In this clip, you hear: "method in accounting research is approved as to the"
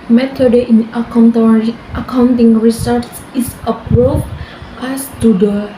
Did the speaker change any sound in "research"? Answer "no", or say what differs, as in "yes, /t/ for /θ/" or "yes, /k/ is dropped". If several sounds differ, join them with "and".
yes, /s/ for /tʃ/